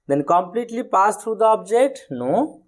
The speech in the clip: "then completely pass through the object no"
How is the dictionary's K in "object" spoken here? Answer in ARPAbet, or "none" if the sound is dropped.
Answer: none